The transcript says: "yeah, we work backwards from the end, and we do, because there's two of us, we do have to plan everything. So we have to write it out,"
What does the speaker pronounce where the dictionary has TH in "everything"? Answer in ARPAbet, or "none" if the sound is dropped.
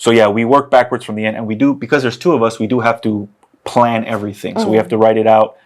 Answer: TH